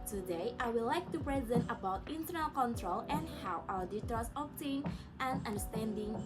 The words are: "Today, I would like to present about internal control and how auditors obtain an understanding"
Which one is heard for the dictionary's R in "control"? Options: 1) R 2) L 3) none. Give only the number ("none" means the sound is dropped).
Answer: 1